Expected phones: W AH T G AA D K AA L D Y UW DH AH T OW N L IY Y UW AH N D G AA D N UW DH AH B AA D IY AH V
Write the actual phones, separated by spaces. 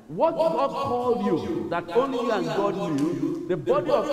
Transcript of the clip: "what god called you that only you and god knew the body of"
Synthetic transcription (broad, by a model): W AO T G AA D K AA L D Y UW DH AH T OW N L IY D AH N G AA D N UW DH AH B AA D IY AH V